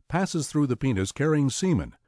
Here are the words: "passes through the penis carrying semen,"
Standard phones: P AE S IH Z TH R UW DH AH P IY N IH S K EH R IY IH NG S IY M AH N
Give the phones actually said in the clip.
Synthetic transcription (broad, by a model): P AE S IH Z TH R UW DH AH P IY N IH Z K EH R IY IH NG S IY M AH N